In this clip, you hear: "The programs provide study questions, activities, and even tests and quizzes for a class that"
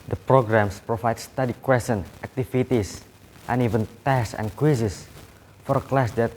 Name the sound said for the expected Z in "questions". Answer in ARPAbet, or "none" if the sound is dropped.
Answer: none